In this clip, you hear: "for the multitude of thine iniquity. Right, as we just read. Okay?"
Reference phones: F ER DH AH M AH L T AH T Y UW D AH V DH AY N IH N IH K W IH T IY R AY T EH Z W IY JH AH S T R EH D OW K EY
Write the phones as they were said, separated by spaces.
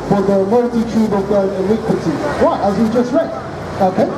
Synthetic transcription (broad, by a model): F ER DH AH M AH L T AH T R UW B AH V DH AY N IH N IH K W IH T IY W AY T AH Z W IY JH AH S T R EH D OW K EY